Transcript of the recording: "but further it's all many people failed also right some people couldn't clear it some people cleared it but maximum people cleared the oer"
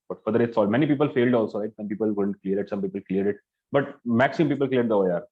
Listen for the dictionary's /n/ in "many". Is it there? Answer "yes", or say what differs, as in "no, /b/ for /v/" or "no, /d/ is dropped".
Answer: yes